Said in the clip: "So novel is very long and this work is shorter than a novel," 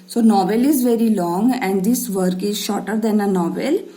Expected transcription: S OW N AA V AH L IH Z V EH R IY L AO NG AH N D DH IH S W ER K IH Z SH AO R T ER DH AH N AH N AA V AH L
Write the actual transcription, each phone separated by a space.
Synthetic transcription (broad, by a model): S OW N AA V AH L IH Z V EH R IY L AO NG AH N D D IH S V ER K IH Z SH AO R T ER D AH N AH N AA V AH L